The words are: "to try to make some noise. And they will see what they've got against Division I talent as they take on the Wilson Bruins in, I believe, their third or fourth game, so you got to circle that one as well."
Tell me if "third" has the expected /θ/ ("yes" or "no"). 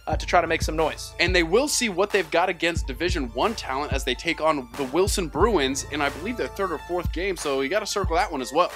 yes